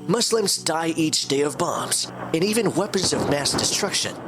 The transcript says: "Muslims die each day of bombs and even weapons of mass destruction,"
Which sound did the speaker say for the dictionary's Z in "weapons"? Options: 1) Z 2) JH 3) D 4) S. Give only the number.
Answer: 1